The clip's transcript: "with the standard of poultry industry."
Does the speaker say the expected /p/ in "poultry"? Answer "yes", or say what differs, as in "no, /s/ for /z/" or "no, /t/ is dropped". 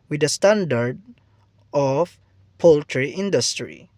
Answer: yes